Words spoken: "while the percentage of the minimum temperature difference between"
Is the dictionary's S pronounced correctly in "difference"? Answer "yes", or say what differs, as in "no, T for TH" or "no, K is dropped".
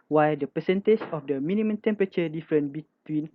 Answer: no, S is dropped